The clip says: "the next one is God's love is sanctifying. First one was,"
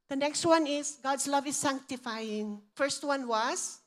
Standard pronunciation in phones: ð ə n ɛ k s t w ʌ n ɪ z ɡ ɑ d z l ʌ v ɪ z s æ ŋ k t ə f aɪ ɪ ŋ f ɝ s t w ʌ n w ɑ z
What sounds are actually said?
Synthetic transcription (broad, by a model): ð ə n ɛ k s t w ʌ n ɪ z ɡ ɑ d s l ʌ v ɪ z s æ ŋ k t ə f aɪ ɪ ŋ f ɝ s t w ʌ n w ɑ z